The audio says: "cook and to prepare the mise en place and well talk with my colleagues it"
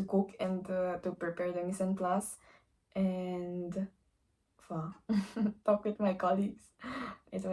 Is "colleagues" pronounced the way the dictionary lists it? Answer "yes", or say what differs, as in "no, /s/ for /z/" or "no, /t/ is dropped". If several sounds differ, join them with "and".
no, /s/ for /z/